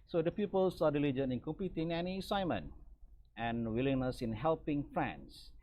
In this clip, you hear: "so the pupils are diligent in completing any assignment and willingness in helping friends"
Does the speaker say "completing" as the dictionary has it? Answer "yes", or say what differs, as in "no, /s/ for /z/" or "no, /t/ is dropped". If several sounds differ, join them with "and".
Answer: no, /l/ is dropped